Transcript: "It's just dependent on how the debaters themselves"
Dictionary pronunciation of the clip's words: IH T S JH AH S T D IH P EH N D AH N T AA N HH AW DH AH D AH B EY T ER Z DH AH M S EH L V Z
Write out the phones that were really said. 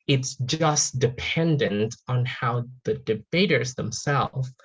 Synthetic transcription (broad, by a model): IH T S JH AH S D IH P EH N D AH N T N HH AW DH AH D AH B EY T ER Z DH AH M S EH L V